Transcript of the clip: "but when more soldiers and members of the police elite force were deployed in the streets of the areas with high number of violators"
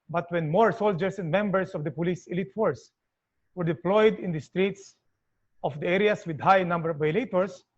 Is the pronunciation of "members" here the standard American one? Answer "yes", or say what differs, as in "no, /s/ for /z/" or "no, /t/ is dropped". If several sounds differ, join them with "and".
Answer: no, /s/ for /z/